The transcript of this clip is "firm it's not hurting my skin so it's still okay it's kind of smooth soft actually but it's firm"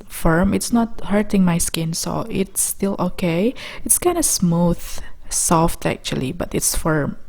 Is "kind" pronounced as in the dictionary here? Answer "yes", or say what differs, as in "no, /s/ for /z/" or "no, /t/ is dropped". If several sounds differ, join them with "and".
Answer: yes